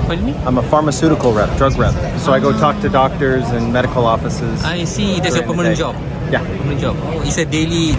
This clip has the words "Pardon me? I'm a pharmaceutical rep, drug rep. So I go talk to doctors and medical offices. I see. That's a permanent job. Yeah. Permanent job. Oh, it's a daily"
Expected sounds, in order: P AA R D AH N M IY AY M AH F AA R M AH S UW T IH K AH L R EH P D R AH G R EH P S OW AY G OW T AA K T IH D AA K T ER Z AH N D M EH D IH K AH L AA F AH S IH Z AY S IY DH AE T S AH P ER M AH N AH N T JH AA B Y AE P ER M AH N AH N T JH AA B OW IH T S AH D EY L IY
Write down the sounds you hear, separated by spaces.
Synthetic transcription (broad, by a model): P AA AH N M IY AY M AH F AA R M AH S UW T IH K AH L R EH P D R AH G R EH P S OW AY G OW T AA K T IH D AA K T ER Z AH N M EH D IH K AH L AA F AH S IH Z AY S IY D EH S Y AH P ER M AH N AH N JH AA B Y AE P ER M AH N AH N JH AA B OW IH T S AH D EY L IY